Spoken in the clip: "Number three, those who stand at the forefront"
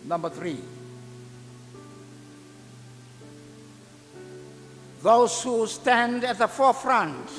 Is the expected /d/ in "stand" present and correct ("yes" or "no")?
yes